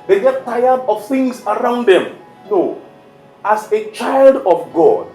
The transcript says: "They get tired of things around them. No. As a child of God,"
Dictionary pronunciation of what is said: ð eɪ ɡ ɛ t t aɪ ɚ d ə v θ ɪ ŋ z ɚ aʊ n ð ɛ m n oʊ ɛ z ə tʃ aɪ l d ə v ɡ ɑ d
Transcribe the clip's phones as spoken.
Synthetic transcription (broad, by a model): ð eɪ ɡ ɛ t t aɪ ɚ d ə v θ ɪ ŋ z ɚ aʊ n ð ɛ m n oʊ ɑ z ə tʃ aɪ l d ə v ɡ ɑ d